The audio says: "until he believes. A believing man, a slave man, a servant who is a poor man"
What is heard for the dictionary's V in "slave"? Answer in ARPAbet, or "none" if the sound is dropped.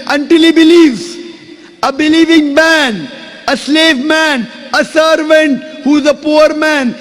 V